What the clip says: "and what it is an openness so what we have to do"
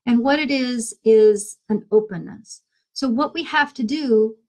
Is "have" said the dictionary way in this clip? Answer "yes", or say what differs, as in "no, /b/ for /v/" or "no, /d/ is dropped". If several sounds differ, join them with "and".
no, /f/ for /v/